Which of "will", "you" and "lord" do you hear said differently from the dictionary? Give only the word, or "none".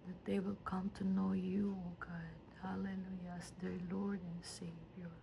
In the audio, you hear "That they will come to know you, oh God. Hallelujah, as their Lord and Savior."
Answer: none